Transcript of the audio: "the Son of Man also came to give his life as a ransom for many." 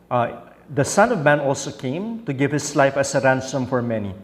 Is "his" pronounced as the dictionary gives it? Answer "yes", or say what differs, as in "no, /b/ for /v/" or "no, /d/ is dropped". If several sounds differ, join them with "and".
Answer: no, /s/ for /z/